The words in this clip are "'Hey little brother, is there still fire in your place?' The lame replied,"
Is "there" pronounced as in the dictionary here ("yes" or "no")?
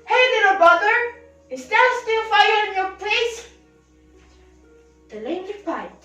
no